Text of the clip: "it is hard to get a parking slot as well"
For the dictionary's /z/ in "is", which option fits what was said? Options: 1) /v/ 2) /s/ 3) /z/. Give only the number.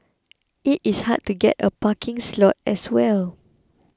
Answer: 2